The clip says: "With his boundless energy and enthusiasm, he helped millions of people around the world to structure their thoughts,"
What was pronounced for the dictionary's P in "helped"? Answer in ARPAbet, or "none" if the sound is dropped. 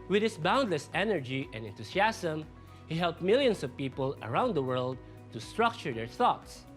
P